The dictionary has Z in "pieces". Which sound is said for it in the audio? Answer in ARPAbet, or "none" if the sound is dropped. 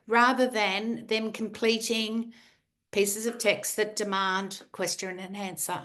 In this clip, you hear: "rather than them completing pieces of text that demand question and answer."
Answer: Z